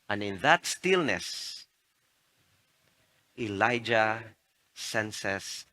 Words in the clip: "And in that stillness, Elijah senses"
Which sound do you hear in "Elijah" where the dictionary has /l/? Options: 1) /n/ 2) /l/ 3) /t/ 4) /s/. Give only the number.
2